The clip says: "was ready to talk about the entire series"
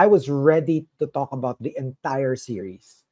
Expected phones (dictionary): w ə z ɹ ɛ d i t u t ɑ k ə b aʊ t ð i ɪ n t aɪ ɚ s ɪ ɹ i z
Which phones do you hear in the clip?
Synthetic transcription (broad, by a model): w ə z ɹ ɛ d i t u t ɑ k ə b aʊ t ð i ɪ n t aɪ ɚ s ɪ ɹ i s